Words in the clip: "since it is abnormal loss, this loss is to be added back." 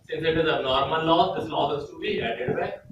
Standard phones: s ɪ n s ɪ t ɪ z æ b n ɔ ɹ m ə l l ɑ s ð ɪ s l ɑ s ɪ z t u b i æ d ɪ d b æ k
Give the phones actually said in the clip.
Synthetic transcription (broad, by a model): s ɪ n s ɪ t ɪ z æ n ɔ ɹ m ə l l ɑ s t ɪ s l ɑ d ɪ s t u b i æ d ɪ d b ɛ